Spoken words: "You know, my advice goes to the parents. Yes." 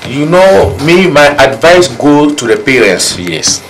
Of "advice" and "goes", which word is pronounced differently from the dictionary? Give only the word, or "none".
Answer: goes